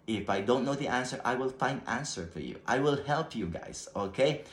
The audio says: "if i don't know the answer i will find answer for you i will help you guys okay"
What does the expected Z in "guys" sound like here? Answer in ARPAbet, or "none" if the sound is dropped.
S